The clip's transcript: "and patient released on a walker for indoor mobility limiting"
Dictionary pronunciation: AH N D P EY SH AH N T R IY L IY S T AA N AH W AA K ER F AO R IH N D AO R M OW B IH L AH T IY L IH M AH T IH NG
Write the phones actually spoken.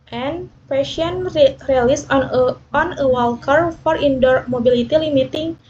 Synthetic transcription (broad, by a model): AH N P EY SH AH N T R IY L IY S AA N AH W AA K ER F AO R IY N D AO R M OW B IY L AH T IY L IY M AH T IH NG